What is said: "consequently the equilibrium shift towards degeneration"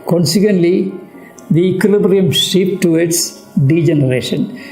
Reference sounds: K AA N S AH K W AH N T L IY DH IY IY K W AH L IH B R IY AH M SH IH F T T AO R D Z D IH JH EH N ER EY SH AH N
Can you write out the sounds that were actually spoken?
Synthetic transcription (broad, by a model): K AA N S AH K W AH N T L IY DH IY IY K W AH L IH B R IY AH M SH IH P T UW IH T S D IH JH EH N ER EY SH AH N